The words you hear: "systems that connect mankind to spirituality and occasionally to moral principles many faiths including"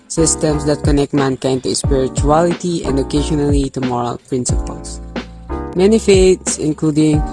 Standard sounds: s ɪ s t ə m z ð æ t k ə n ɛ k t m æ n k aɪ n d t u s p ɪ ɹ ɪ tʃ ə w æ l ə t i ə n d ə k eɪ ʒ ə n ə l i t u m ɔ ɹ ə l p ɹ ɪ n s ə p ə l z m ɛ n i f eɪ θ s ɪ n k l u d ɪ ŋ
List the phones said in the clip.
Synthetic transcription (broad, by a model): s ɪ s t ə m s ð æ t k ə n ɛ k t m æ n k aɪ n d t u s p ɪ ɹ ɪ tʃ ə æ l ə t i ə n d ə k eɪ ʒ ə n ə l i t u m ɔ ɹ ə l p ɹ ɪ n s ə p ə l s m ɛ n i f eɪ t s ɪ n k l u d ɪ ŋ